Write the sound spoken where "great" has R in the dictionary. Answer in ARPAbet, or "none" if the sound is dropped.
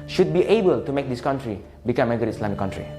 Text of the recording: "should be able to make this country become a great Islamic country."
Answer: none